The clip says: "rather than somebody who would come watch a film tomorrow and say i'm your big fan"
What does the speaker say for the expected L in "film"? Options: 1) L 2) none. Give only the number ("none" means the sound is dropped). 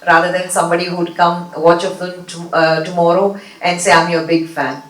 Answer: 2